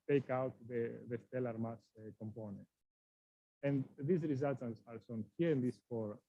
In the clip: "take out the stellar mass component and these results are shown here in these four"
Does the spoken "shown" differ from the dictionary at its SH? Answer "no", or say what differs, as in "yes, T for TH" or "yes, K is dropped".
yes, S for SH